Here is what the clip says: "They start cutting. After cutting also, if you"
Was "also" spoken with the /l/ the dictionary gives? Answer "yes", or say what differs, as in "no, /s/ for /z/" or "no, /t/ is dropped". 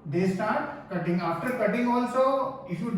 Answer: yes